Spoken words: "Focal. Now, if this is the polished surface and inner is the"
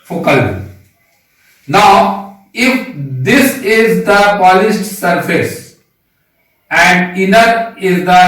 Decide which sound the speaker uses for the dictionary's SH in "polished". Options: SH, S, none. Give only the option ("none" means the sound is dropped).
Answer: S